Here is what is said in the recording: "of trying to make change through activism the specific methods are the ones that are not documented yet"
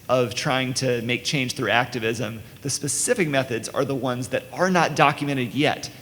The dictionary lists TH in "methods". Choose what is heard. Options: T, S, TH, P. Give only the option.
TH